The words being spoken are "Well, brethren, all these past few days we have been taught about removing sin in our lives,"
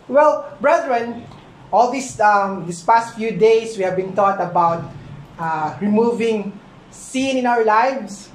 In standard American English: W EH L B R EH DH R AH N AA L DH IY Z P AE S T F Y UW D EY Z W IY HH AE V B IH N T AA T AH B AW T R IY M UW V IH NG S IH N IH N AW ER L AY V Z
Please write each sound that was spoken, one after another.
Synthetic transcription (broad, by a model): W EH L B R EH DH R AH N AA L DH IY S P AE S T F Y UW D EY S W IY HH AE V B IH N T AA T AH B AW T R IY M UW V IH NG S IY N IH N AW ER L AY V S